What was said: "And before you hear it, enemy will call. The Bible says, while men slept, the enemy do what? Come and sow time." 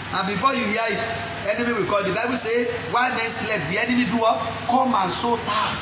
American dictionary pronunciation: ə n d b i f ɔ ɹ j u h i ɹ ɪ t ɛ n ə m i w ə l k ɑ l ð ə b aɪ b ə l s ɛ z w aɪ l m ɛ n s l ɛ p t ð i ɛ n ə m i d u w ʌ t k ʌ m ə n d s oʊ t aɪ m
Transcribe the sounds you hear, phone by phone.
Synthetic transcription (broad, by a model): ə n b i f ɔ j u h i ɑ ɪ t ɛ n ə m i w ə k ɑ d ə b aɪ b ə s ɛ w aɪ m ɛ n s l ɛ t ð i ɛ n ə m i d u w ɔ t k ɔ m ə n s oʊ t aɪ